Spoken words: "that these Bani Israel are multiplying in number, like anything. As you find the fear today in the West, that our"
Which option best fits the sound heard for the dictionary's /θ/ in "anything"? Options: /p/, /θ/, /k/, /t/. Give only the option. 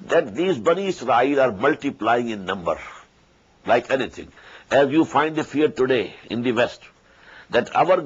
/t/